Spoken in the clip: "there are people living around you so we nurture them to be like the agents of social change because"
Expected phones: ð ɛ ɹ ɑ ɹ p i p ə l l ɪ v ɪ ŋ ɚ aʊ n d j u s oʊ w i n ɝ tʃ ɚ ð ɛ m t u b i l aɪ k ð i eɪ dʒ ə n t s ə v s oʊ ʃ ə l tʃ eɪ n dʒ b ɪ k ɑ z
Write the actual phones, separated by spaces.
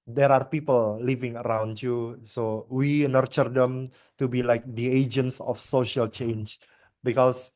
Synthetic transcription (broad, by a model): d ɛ ɹ ɑ ɹ p i p ə l l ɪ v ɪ ŋ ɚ aʊ n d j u s oʊ w i n ɝ tʃ ɚ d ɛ m t u b i l aɪ k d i eɪ dʒ ə n t s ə f s oʊ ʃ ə l tʃ eɪ n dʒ b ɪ k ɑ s